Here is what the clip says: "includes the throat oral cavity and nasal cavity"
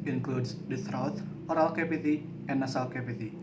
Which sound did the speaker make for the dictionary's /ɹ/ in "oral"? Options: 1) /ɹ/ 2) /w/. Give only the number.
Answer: 1